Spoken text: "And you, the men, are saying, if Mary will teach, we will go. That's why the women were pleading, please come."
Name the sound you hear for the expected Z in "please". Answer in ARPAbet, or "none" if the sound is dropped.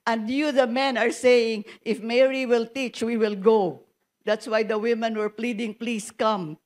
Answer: S